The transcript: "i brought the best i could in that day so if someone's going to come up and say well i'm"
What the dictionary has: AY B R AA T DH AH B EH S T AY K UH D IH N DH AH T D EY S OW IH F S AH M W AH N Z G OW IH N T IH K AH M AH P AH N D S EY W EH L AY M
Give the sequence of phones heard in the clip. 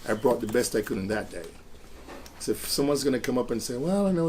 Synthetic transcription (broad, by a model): AY B R AA T DH AH B EH S T AY K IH D IH N DH AH T D EY S OW IH F S AH M W AH N Z G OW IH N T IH K AH M AH P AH N S EY W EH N